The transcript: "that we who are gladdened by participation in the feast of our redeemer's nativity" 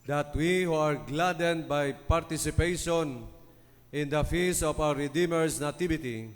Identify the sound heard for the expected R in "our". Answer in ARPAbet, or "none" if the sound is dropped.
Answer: W